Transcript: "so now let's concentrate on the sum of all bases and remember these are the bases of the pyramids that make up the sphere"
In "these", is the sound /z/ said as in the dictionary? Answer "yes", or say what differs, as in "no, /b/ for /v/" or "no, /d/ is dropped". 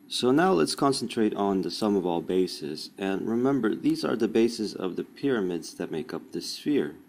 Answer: yes